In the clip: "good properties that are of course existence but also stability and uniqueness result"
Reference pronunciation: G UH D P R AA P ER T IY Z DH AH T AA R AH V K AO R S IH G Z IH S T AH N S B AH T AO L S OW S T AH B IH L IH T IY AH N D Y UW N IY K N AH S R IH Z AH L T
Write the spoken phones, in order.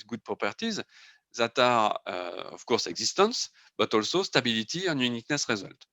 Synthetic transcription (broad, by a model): G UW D P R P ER T IY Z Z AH T AA R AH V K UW R S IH G Z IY S T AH S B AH T AO L S OW S T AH B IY L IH T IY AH N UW N IY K N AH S R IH Z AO L T